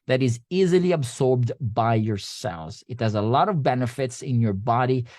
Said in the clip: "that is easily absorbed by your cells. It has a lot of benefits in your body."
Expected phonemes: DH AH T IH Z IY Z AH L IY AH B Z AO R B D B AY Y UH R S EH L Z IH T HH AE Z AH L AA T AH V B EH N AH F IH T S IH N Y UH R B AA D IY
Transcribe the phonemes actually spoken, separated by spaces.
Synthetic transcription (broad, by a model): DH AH T IH Z IY Z AH L IY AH B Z AO R B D B AY Y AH R S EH L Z IH T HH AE Z AH L AA T AH V B EH N AH F IH T S IH N Y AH R B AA D IY